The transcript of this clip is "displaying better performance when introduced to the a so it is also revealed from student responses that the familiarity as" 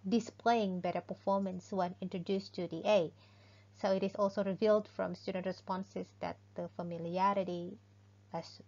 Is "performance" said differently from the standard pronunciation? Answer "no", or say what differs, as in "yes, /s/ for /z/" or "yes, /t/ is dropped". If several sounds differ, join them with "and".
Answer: no